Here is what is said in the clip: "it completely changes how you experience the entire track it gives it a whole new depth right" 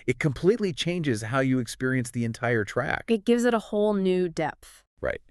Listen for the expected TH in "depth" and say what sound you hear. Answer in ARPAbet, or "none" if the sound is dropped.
TH